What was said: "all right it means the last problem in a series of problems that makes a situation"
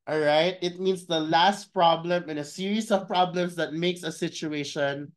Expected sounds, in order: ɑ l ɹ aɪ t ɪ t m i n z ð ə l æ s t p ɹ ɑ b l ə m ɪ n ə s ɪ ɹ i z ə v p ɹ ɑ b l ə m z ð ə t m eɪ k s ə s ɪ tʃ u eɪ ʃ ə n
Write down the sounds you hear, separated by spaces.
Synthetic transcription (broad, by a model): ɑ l ɹ aɪ t ɪ t m i n s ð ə l æ s t p ɹ ɑ b l ə m ɪ n ə s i ɹ i s ə v p ɹ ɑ b l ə m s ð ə t m eɪ k s ə s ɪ tʃ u eɪ ʃ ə n